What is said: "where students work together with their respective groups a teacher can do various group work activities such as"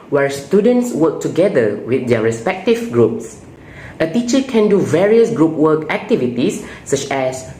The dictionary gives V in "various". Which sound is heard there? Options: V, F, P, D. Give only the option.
V